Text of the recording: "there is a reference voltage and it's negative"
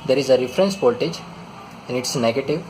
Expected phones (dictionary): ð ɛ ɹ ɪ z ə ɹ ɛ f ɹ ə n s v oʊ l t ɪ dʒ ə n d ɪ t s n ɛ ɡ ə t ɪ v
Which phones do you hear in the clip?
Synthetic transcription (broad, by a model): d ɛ ɹ ɪ z ə ɹ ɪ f ɹ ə n s p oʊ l t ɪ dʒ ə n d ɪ t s n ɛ ɡ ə t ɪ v